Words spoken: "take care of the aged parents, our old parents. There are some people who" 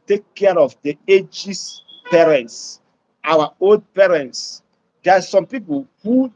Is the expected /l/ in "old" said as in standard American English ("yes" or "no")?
yes